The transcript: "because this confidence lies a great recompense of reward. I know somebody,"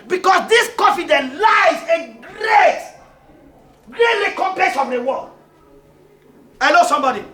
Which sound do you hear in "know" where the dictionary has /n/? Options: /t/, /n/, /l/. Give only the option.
/l/